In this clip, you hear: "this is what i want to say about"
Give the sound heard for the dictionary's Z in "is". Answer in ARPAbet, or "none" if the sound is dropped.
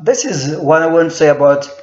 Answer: Z